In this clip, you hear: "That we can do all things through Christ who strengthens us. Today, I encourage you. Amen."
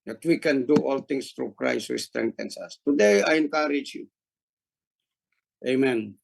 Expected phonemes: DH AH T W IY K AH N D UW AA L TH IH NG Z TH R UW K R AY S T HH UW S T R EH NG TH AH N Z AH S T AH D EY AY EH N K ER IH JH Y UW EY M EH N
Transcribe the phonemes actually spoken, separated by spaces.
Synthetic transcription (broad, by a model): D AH T W IY K AH N D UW AA L T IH NG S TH R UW K R AY S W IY S T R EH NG T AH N S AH S T AH D EY AY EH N K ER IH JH Y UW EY M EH N